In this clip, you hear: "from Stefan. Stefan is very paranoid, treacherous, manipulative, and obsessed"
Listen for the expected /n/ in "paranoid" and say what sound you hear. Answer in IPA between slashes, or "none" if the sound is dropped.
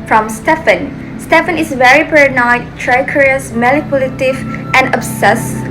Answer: none